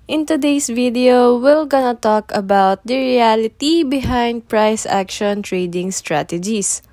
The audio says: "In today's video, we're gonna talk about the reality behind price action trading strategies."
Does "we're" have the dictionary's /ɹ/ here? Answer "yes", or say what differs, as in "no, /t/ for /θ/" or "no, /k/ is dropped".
no, /l/ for /ɹ/